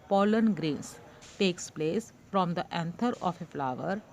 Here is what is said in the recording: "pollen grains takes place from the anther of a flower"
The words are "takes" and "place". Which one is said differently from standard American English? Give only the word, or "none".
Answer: none